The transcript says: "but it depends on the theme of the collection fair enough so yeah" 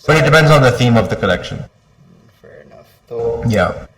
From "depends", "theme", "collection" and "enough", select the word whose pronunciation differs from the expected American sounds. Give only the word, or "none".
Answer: none